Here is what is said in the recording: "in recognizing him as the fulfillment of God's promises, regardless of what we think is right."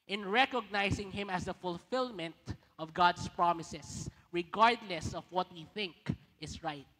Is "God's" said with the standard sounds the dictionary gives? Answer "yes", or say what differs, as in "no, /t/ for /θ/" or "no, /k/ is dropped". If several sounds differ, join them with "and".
no, /s/ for /z/